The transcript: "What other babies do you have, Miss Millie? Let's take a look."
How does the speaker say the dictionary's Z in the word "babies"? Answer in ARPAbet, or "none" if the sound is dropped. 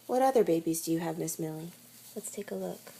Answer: Z